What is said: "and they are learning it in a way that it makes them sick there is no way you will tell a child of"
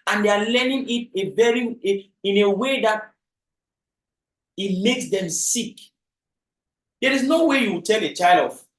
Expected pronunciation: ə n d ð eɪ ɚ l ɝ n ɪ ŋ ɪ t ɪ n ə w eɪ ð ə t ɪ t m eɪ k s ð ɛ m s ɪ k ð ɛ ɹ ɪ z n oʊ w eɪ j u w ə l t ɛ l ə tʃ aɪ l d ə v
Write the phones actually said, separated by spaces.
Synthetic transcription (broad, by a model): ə n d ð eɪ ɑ l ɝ n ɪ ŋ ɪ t ɪ n ə w eɪ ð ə t ɪ t m eɪ k s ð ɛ m s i k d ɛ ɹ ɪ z n oʊ w eɪ j u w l t ɛ l ə tʃ aɪ l d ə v